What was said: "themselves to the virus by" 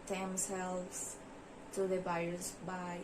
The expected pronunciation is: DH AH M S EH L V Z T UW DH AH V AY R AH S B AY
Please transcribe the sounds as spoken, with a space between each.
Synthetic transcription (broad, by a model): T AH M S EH L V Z T UW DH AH B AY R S B AY